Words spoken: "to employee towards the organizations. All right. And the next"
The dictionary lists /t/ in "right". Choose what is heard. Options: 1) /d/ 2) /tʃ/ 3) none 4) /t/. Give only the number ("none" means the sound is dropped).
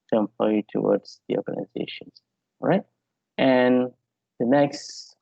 4